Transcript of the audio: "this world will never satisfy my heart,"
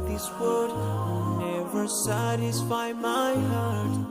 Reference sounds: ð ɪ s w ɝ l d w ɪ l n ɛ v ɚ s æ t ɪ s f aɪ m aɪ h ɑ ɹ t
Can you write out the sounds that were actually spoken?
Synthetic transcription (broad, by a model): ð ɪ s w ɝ d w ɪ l n ɛ v ɚ s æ t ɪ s f aɪ m aɪ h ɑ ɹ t